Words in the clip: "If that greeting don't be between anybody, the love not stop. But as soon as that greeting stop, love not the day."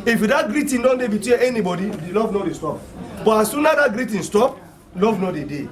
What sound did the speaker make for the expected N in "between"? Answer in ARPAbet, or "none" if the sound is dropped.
none